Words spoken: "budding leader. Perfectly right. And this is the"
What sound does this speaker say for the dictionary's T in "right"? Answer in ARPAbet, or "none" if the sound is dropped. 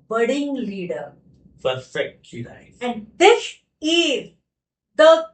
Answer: none